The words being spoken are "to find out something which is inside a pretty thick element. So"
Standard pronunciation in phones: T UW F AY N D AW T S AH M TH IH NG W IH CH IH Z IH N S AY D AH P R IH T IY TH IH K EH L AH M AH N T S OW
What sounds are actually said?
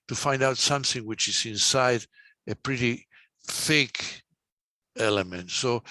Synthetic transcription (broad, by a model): T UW F AY N D AW T S AH M TH IH NG W IH CH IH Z IH N S AY D AH P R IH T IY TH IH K EH L AH M AH N T S OW